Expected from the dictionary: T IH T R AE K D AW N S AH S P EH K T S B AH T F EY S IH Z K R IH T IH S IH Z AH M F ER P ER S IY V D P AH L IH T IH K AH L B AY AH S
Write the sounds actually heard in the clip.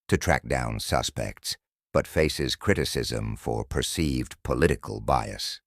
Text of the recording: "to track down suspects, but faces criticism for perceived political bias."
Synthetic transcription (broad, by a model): T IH T R AE K D AW N S AH S P EH K T S B AH T F EY S IH Z K R IH T IH S IH Z AH M F ER P ER S IY V D P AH L IH T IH K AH L B AY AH S